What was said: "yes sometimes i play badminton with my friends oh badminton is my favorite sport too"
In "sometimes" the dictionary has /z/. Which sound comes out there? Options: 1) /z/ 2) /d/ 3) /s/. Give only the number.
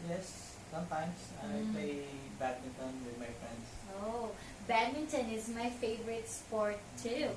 3